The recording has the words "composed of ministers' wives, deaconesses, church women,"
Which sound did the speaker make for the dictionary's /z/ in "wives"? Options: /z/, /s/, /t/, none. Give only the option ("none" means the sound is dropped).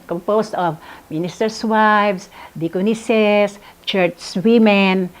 /s/